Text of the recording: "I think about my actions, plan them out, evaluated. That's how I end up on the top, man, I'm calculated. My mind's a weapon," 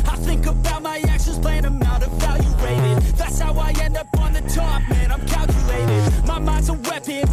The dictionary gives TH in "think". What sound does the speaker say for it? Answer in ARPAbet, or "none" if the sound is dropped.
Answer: TH